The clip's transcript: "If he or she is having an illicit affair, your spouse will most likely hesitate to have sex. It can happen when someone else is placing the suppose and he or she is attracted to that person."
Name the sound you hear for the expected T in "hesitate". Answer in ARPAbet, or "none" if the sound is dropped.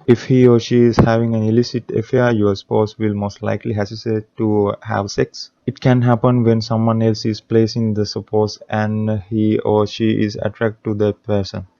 S